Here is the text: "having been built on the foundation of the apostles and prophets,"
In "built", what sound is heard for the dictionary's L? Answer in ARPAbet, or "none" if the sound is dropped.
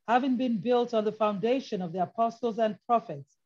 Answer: L